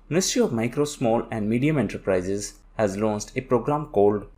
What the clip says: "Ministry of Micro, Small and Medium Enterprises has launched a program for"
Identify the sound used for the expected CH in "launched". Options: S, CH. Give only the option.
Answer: S